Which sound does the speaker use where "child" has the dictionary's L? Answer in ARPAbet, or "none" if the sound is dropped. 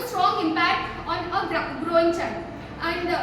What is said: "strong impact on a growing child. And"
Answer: N